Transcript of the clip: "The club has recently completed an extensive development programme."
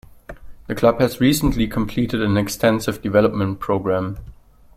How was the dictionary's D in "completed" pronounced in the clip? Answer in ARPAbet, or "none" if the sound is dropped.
D